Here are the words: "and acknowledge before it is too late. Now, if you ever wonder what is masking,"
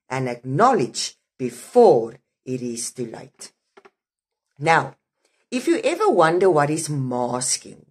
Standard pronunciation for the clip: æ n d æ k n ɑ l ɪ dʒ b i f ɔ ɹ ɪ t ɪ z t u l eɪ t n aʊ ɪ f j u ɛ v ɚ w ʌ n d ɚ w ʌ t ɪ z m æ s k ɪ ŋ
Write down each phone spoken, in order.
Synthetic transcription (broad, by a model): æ n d æ k n ɑ l ɪ dʒ b i f ɔ ɹ ɪ t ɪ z t u l eɪ t n aʊ ɪ f j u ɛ v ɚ w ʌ n d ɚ w ʌ t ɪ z m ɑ s k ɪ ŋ